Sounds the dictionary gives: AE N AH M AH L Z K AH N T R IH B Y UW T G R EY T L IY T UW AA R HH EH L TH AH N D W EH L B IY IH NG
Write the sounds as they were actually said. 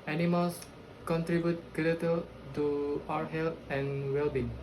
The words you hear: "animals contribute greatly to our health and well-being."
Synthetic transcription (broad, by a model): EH N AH M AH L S K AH N T R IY B Y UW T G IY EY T IY T UW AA HH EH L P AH N W EH L B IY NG